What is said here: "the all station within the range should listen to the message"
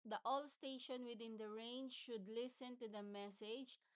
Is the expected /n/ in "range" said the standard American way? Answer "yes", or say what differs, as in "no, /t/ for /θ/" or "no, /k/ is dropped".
yes